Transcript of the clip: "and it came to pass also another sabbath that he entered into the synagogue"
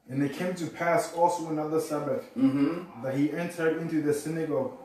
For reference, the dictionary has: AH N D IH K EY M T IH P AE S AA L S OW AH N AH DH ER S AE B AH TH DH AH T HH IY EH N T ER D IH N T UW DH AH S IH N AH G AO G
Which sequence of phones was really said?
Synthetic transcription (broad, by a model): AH N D IH K EY M T IH P AE S AA L S OW AH N AH DH ER S AE B AH TH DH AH T HH IY EH N T ER D IH N T UW DH AH S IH N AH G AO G